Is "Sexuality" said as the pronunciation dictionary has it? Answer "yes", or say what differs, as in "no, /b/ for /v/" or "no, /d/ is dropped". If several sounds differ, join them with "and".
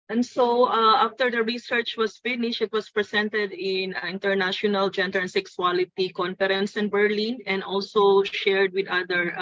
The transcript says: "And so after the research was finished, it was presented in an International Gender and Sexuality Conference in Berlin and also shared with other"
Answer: no, /s/ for /ʃ/